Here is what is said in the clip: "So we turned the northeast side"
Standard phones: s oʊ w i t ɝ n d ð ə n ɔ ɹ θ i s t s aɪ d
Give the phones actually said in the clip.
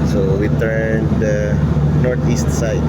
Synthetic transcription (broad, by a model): s oʊ w i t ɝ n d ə n ɔ ɹ t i s t s aɪ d